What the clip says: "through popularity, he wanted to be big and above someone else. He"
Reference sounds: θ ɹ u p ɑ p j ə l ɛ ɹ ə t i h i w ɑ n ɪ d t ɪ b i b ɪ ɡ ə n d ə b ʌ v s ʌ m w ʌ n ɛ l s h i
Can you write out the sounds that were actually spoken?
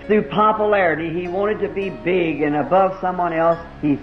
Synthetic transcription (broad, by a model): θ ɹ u p ɑ p j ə l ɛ ɹ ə t i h i w ɑ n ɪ d t ɪ b i b ɪ ɡ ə n ə b ʌ v s ʌ m w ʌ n ɛ l s h i